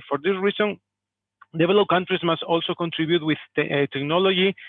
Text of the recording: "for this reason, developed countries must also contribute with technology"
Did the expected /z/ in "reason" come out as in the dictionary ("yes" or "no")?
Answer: no